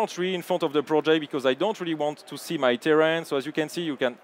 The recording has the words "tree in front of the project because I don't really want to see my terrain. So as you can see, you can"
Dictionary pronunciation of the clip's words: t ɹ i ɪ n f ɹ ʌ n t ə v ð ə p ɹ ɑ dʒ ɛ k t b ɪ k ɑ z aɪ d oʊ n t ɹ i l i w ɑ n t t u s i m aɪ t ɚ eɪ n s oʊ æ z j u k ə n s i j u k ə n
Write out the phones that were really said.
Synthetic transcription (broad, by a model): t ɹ i ɪ n f ɹ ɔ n t ə v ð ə p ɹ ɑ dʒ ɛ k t b ɪ k ɑ z aɪ d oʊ n t ɹ i l i w ɑ n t t u s i m aɪ t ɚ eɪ n s oʊ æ z j u k ə n s i j u k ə n